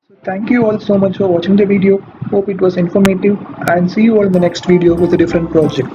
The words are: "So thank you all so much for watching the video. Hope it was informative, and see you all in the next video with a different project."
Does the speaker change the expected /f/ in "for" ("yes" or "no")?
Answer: no